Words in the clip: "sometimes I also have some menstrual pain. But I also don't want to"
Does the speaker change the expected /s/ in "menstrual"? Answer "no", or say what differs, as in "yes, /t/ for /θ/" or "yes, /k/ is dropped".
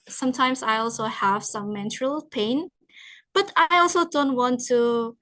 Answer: yes, /s/ is dropped